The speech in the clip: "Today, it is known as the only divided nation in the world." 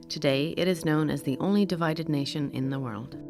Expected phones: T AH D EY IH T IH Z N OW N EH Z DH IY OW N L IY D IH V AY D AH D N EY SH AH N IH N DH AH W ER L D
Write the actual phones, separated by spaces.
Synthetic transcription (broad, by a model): T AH D EY IH T IH Z N OW N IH Z DH IY OW N L IY D IH V AY D AH D N EY SH AH N IH N DH AH W ER L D